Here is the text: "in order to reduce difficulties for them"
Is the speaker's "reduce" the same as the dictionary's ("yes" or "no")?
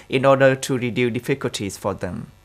no